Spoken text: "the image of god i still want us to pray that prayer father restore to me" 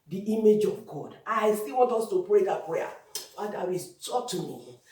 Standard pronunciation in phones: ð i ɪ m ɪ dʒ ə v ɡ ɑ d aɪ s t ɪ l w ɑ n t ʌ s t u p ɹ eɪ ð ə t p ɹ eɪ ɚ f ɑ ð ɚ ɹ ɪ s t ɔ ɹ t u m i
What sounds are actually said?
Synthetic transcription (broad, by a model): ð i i m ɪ dʒ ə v ɡ ɑ d aɪ s t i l w ɑ n t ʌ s t u p ɹ eɪ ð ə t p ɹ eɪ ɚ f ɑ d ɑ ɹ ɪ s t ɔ t u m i